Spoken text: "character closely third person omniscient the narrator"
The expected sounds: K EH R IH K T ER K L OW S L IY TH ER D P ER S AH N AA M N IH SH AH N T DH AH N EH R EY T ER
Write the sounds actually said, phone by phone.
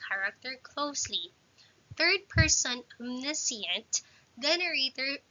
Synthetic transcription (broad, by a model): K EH R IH K T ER K L OW S L IY TH ER D P ER S AH N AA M N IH S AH N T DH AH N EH R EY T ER